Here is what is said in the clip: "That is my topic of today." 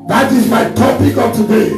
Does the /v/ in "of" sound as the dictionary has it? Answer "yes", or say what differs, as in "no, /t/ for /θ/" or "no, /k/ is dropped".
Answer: no, /p/ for /v/